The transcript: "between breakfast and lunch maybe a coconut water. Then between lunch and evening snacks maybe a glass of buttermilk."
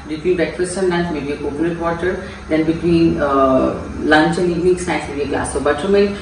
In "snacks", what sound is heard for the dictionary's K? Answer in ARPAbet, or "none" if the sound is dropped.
none